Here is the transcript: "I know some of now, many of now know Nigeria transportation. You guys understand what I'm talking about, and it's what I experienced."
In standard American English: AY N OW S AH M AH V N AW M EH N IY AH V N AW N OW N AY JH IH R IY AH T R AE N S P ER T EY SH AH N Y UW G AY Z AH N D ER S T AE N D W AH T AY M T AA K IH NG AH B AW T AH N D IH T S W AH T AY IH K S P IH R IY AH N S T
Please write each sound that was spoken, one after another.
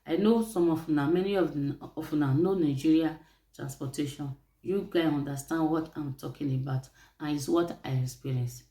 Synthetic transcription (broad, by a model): AY N OW S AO M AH F N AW M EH N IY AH F N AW N OW N AY JH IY R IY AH T R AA N S P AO T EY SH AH N Y UW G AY AO N D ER S T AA N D W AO T AY M T AA K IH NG AH B AW T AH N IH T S W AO T AY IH K S P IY R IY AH N S